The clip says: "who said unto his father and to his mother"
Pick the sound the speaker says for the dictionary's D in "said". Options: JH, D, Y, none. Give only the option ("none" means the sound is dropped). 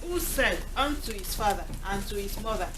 none